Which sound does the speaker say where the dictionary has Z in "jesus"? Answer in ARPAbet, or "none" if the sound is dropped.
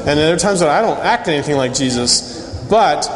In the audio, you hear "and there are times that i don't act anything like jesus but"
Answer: Z